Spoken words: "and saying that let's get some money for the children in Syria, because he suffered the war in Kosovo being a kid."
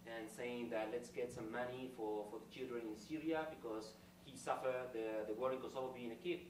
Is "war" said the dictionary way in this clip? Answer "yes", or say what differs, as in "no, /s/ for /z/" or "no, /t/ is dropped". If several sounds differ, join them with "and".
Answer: no, /w/ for /ɹ/